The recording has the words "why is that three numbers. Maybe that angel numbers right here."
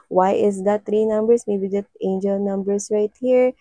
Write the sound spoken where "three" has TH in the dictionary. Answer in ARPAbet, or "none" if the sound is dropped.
T